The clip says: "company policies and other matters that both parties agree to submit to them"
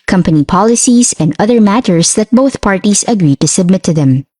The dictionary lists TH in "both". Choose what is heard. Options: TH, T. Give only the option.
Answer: TH